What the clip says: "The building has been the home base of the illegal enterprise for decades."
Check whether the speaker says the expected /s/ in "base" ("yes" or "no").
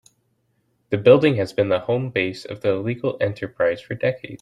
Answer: yes